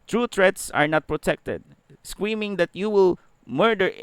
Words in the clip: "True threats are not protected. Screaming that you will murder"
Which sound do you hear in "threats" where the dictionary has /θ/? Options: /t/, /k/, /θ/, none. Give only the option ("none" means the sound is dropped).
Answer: /t/